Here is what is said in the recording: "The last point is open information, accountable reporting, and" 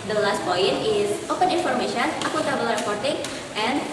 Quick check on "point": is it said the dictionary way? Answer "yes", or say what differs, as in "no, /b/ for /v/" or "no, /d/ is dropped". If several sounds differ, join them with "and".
no, /t/ is dropped